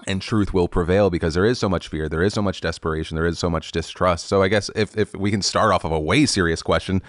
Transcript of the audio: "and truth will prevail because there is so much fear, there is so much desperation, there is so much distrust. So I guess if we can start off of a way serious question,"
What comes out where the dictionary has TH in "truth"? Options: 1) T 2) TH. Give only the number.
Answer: 2